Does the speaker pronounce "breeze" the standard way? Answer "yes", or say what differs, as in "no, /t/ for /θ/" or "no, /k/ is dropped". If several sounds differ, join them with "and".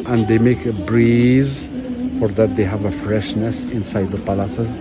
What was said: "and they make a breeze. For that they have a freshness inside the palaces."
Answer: yes